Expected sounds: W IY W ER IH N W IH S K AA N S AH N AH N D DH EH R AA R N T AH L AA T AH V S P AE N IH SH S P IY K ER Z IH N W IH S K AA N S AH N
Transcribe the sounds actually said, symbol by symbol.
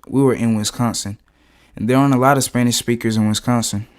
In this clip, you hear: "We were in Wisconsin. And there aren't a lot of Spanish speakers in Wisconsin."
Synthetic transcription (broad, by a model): W IY W ER IH N W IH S K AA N S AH N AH N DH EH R R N AH L AA T AH V S P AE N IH SH S P IY K ER Z IH N W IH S K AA N S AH N